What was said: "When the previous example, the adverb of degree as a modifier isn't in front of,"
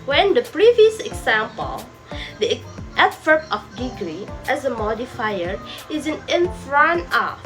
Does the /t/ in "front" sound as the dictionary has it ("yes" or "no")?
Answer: no